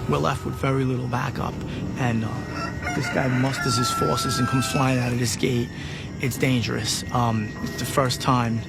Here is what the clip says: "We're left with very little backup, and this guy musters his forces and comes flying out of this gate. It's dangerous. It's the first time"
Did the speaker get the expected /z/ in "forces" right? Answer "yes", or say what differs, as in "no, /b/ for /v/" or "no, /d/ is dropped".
yes